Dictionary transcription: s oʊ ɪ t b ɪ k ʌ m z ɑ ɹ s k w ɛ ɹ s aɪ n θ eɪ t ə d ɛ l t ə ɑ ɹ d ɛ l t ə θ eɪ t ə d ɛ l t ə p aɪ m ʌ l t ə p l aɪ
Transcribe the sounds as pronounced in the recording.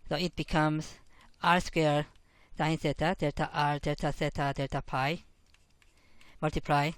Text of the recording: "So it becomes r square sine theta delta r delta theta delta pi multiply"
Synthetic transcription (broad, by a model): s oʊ ɪ t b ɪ k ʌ m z ɑ ɹ s k w ɛ ɹ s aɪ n s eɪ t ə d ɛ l t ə ɑ ɹ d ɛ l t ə s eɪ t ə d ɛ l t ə p aɪ m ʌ l t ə p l aɪ